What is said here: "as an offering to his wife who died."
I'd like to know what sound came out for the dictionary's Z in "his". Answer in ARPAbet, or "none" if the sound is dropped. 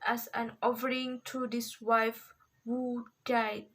S